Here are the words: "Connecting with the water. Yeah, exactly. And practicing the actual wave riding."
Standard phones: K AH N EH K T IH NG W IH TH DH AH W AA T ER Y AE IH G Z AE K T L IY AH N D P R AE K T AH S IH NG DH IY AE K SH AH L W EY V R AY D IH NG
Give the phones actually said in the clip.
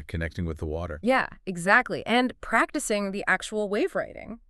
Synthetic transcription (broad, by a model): K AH N EH K T IH NG W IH DH AH W AA T ER Y AE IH G Z AE K T L IY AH N P R AE K T AH S IH NG DH IY AE K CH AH L W EY V R AY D IH NG